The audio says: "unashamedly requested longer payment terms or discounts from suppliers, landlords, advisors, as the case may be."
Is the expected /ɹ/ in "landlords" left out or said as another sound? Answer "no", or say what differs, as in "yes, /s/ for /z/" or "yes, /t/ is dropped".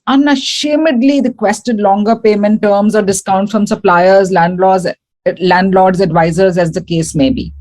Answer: yes, /l/ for /ɹ/